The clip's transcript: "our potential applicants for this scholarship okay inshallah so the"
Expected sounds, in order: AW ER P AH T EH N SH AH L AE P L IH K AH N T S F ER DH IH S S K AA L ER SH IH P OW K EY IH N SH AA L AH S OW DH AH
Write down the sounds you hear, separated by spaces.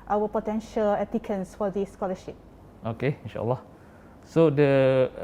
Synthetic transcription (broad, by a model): AW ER P AH T EH N SH AH L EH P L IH K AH N S F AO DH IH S S K AA L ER SH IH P OW K EY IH N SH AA L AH S OW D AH